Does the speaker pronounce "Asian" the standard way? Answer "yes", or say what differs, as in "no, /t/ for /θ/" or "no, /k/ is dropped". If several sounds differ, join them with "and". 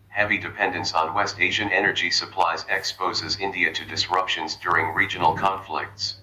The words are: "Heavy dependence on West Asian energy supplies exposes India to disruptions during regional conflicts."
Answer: yes